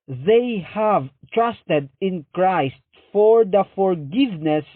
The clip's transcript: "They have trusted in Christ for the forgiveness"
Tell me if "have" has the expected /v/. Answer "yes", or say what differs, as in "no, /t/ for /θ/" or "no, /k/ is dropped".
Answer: yes